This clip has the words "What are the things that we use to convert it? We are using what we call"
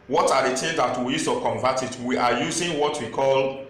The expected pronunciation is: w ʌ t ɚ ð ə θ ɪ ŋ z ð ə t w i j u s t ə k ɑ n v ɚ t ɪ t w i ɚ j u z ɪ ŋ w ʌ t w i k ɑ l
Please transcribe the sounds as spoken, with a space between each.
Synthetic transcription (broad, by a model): w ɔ t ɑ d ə t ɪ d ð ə t w i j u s t ə k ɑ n v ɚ t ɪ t w i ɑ j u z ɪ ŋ w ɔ t w i k ɑ l